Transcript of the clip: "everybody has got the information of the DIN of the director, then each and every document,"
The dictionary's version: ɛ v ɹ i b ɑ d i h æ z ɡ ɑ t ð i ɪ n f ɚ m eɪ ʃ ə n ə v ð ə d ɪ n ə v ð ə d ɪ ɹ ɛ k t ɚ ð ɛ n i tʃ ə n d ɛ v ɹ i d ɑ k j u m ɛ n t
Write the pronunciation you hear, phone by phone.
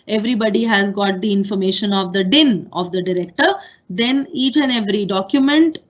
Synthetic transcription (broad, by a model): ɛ v ɹ i b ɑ d i h æ z ɡ ɑ t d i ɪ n f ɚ m eɪ ʃ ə n ə v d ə d ɪ n ə v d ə d ɪ ɹ ɛ k t ɚ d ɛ n i tʃ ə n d ɛ v ɹ i d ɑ k j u m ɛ n t